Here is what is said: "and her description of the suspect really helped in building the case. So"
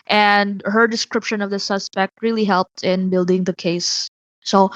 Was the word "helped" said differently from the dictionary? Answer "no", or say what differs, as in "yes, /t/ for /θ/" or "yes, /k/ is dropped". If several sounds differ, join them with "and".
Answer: no